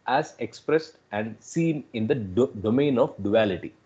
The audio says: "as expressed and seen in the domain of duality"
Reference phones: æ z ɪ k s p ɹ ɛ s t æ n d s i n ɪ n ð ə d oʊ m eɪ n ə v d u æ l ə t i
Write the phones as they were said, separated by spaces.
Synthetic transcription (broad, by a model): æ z ɪ k s p ɹ ɛ s t æ n d s i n ɪ n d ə d oʊ m eɪ n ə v d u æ l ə t i